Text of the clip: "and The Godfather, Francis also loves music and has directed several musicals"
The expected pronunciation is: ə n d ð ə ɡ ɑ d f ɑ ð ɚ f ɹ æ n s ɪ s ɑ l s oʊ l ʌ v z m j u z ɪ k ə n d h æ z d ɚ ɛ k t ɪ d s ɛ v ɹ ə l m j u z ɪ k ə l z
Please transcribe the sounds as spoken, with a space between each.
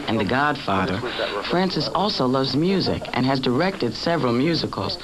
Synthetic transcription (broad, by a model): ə n ð ə ɡ ɑ d f ɑ ð ɚ f ɹ æ n s ɪ s ɑ l s oʊ l ʌ v z m j u z ɪ k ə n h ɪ z d ɚ ɛ k t ɪ d s ɛ v ɹ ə l m j u z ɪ k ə l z